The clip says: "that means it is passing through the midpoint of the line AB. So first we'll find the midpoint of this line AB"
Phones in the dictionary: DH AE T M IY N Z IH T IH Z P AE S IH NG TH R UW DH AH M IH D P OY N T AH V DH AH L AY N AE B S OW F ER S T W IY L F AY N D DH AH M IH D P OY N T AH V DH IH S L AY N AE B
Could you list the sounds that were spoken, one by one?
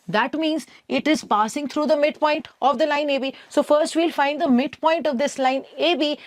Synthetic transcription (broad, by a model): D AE T M IY N Z IH T IH Z P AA S IH NG T R UW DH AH M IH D P OY N T AH V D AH L AY N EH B S OW F ER S T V IY L F AY N D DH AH M IH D P OY N T AH V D IH S L AY N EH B